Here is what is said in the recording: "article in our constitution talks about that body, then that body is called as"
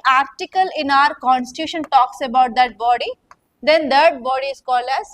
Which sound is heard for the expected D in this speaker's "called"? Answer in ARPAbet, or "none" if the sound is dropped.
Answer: none